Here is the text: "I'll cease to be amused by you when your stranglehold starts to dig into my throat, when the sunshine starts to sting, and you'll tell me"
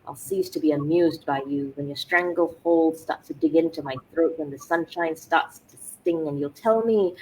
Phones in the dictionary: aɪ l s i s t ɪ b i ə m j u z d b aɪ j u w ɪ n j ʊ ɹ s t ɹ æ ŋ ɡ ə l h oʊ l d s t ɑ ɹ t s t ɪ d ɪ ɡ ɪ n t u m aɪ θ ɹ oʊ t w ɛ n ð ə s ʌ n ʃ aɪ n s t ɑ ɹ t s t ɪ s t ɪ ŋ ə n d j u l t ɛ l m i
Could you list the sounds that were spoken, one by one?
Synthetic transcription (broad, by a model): aɪ l s i s t ɪ b i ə m j u z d b aɪ j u w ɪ n j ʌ ɹ s t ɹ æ ŋ ɡ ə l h oʊ l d s t ɑ ɹ t s t ɪ d ɪ ɡ ɪ n t u m aɪ θ ɹ oʊ t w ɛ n ð ə s ʌ n ʃ aɪ n s t ɑ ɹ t s t ɪ s t ɪ ŋ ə n j u l t ɛ l m i